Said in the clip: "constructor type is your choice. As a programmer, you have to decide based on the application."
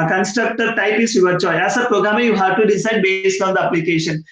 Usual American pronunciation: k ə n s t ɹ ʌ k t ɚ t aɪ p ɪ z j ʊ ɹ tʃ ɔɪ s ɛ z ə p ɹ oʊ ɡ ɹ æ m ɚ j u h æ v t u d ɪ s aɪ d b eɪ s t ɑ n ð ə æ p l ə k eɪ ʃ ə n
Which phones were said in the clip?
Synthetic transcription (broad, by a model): k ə n s t ɹ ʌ k t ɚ t aɪ p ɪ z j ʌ ɹ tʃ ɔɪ ɛ s ə p ɹ oʊ ɡ ɹ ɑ m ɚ j u h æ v t u d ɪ s aɪ d b eɪ s t ɑ n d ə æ p l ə k eɪ ʃ ə n